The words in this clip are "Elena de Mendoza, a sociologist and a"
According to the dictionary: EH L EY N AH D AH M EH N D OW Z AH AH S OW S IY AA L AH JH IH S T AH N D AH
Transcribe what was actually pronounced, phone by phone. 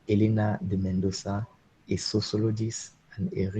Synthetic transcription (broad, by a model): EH L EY N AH D AH M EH N D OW S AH AH S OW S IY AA L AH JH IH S AH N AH